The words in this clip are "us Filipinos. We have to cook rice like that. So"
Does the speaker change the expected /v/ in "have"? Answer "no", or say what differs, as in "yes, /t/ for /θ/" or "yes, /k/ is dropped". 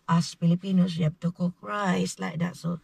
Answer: yes, /b/ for /v/